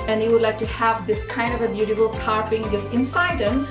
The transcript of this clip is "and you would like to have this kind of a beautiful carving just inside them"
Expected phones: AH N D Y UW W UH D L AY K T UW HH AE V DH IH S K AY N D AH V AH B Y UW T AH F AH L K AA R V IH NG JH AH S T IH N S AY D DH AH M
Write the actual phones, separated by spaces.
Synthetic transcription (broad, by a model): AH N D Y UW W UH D L AY K T UW HH AE V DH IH S K AY N D AH V AH B Y UW T AH F AH L K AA R P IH NG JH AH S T IH N S AY D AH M